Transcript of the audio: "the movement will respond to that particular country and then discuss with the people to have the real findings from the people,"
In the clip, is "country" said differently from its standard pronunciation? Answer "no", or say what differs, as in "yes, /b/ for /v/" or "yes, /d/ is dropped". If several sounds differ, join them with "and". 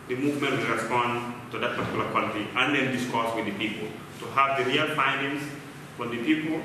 yes, /l/ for /n/ and /ɹ/ is dropped